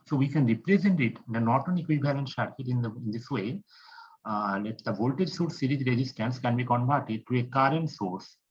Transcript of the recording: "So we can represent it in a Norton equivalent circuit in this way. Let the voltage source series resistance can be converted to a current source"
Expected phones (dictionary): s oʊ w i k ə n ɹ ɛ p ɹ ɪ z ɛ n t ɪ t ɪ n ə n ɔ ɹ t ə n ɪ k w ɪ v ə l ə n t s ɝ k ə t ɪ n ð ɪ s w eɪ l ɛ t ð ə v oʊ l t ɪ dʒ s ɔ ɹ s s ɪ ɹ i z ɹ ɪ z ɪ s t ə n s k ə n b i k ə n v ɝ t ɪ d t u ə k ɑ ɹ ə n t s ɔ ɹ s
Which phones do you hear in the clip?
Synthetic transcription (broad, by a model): s oʊ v i k ə n ɹ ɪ p ɹ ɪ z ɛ n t ɪ t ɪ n ə n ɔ t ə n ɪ k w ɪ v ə l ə n t ʃ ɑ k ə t ɪ n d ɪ s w eɪ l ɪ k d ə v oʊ l t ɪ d s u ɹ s s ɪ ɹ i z ɹ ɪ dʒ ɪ s t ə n s k ə n b i k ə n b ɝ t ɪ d t u ə k ɑ ɹ ə n t s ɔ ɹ s